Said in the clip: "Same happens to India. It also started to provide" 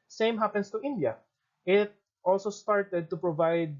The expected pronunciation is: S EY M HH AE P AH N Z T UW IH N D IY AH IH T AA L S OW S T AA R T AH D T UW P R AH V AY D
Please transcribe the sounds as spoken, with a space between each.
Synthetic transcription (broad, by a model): S EY M HH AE P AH N S T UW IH N D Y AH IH T AA L S OW S T AA R T AH D T UW P R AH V AY D